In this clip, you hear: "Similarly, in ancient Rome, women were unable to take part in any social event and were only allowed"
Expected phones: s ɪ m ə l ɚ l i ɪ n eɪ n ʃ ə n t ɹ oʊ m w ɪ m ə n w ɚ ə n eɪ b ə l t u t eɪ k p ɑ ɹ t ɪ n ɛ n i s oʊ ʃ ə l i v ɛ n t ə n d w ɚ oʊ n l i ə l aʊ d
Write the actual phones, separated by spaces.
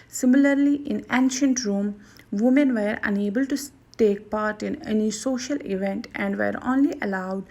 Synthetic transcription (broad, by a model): s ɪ m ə l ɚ l i ɪ n eɪ n ʃ ə n t ɹ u m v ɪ m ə n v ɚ ə n eɪ b ə l t u t eɪ k p ɑ ɹ t ɪ n ɛ n i s oʊ ʃ ə l i v ɛ n t ə n d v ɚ oʊ n l i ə l aʊ d